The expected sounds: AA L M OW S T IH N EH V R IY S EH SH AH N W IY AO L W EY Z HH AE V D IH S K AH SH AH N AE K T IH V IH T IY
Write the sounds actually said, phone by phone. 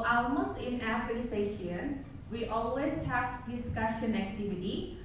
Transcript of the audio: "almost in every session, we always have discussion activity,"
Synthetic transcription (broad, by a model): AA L M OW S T IH N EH F R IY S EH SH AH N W IY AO L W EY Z HH AE V D IH S K AH SH AH N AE K T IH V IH T IY